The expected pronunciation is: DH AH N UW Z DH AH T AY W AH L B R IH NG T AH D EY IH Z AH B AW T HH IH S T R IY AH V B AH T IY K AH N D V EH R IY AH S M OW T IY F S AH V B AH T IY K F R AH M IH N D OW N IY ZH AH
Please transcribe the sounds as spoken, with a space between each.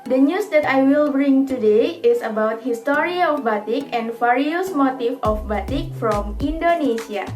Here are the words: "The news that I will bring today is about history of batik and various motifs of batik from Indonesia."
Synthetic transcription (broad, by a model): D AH N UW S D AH T AY W AH L B R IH NG T AH D EY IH S AH B AW T HH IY S T R IY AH F B AH T IY K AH N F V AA R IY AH S M OW T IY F AH F B AH T IY K F R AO M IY N D OW N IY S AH